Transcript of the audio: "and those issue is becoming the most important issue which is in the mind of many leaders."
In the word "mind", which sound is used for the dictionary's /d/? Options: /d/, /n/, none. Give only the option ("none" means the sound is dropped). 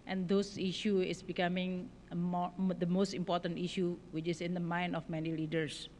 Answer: none